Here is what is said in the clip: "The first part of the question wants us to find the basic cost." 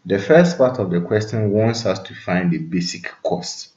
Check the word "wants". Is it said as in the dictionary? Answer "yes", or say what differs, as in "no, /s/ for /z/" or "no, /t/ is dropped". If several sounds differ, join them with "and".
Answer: yes